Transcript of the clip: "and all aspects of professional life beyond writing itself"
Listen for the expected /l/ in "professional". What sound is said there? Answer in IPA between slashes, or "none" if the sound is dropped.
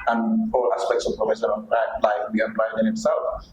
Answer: /n/